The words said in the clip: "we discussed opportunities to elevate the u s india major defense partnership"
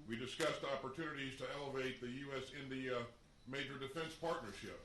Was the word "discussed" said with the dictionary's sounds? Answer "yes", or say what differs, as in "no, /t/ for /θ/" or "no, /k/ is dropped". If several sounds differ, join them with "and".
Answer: yes